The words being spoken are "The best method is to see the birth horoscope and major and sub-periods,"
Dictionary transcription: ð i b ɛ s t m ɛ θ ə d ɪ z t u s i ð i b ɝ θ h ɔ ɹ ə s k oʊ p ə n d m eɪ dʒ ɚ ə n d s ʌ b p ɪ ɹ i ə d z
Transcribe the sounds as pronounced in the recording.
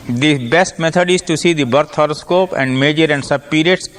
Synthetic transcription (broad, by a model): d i b ɛ s t m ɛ t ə d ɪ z t u s i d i b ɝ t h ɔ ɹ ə s k oʊ p ə n d m eɪ dʒ ɚ ə n d s ʌ b p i ɹ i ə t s